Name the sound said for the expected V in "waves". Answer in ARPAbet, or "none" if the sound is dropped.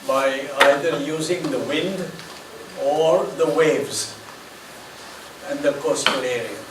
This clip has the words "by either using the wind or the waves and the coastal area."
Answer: V